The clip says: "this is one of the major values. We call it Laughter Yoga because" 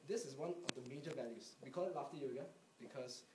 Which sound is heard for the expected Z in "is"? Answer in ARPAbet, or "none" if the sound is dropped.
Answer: S